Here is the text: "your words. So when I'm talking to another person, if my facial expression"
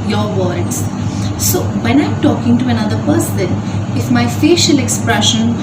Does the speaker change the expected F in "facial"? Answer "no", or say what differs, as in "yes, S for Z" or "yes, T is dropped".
no